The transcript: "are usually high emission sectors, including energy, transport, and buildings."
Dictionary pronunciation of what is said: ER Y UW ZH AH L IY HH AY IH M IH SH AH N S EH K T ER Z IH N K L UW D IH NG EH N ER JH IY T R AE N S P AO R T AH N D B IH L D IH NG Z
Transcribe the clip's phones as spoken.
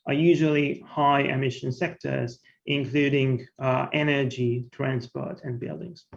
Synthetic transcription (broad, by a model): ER Y UW ZH AH L IY HH AY IH M IH SH AH N S EH K T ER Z IH N K L UW D IH NG EH N ER JH IY T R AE N S P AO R T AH N B IH L D IH NG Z